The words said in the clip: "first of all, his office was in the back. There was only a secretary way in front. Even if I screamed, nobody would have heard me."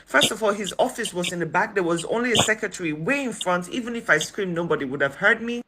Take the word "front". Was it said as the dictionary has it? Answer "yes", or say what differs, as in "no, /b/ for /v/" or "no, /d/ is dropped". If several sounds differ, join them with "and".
yes